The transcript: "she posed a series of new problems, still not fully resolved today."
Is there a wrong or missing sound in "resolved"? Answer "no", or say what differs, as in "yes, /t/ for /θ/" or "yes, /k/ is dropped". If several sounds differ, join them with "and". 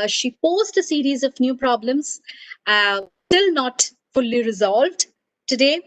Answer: no